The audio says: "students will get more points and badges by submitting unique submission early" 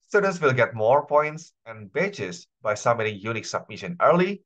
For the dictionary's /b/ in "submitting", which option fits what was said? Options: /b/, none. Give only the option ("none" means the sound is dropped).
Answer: none